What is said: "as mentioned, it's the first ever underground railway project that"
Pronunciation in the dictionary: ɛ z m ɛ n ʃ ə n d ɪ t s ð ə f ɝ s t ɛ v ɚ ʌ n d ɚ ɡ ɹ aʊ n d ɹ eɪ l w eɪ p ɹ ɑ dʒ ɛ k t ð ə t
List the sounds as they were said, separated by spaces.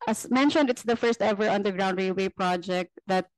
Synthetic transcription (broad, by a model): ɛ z m ɛ n ʃ ə n d ɪ t s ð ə f ɝ s t ɛ v ɚ ʌ n d ɚ ɡ ɹ aʊ n d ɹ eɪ w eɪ p ɹ ɑ dʒ ɛ k t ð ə t